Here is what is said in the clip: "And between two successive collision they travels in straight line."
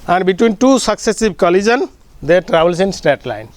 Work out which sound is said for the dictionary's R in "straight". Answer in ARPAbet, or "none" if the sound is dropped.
none